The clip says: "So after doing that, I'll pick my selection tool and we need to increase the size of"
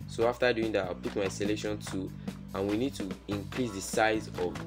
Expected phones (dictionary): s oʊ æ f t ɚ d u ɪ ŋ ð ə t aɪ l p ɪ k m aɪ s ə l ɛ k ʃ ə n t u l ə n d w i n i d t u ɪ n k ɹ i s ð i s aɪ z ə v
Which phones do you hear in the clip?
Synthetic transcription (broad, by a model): s oʊ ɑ f t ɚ d u ɪ ŋ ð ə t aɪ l p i k m aɪ s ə l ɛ ʃ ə n t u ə n w i n i d t u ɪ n k ɹ i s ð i s aɪ z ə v